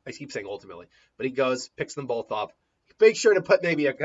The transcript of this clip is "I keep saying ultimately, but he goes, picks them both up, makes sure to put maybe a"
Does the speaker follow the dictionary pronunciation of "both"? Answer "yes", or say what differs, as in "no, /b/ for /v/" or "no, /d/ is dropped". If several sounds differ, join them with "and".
yes